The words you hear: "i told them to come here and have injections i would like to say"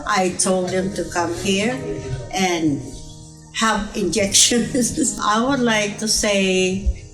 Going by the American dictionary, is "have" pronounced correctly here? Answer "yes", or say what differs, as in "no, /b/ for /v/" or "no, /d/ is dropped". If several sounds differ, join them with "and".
no, /p/ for /v/